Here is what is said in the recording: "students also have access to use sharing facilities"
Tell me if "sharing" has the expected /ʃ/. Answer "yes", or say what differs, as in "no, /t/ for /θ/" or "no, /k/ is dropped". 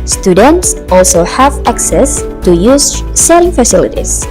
no, /s/ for /ʃ/